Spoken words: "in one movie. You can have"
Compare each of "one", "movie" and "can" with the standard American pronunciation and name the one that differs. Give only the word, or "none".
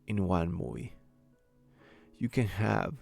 movie